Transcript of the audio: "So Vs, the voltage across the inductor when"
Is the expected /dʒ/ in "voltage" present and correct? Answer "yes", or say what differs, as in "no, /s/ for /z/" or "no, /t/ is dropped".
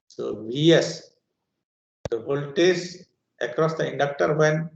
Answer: no, /z/ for /dʒ/